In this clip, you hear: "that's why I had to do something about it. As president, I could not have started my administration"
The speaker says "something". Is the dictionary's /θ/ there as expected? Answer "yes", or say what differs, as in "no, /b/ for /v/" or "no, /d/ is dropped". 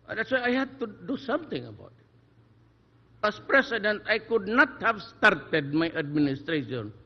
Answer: no, /t/ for /θ/